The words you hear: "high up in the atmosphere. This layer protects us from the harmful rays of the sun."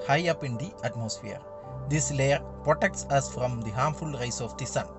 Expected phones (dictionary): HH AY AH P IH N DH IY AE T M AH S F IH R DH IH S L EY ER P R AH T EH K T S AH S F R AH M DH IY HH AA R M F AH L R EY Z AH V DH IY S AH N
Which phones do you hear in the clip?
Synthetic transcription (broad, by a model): HH AY AH P IH N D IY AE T M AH S F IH R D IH S L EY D P R AH T EH K T S AH S F R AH M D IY HH AA R M F AH L R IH S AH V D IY S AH N